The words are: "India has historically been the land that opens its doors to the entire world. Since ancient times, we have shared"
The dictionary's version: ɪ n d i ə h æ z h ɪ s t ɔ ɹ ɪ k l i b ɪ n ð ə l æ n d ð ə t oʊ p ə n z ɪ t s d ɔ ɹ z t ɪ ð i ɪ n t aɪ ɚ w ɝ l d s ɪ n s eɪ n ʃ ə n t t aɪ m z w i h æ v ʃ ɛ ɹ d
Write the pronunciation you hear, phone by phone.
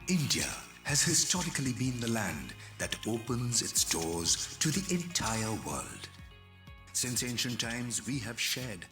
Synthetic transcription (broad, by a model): ɪ n d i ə h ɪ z h ɪ s t ɔ ɹ ɪ k l i b ɪ n ð ə l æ n ð ə t oʊ p ə n z ɪ t s d ɔ ɹ z t ɪ ð i ɪ n t aɪ ɚ w ɝ l d s ɪ n s eɪ n ʃ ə n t t aɪ m z w i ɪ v ʃ ɛ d